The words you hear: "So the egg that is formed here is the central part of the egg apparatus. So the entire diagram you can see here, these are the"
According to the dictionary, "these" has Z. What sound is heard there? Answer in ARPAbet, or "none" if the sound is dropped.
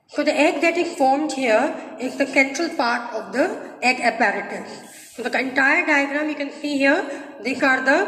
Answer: S